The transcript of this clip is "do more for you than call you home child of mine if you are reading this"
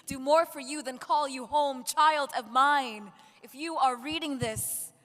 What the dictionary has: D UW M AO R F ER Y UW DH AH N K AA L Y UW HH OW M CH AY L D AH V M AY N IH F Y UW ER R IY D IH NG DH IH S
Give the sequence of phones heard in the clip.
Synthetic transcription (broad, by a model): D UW M AO R F ER Y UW DH AH N K AA L Y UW HH OW M CH AY L D AH V M AY N IH F Y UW ER R IY D IH NG DH IH S